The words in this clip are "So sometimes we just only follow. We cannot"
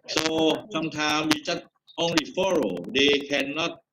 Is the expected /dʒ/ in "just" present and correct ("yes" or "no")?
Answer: no